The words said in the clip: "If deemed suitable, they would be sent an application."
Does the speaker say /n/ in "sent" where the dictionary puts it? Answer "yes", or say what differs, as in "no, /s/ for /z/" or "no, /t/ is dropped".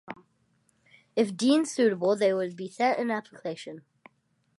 no, /n/ is dropped